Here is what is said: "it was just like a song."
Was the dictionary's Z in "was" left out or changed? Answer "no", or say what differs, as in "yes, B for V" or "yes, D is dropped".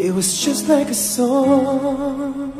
no